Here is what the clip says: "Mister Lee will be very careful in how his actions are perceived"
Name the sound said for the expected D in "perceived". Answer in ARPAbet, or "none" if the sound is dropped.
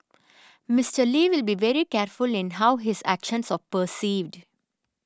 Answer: D